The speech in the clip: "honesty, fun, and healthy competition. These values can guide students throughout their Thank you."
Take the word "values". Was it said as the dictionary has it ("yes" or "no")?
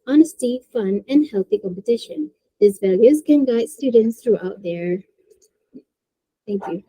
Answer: yes